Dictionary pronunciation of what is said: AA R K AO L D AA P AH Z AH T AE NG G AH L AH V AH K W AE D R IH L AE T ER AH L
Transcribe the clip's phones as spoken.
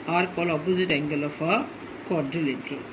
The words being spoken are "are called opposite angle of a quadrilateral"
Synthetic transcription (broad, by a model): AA R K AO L AA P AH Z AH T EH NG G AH L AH F AH K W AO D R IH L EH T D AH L